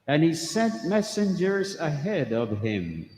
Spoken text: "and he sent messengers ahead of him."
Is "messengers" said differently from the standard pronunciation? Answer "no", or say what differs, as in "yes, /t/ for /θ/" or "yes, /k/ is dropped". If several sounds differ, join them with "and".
no